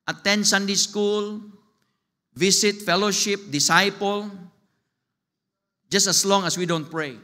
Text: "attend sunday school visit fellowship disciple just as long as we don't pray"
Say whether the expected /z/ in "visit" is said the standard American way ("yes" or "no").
no